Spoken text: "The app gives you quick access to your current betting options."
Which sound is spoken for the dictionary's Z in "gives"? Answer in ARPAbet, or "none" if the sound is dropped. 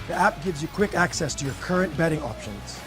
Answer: Z